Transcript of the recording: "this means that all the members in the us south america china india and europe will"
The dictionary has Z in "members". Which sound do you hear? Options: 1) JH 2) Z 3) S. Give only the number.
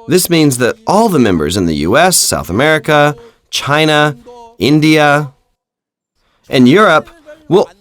2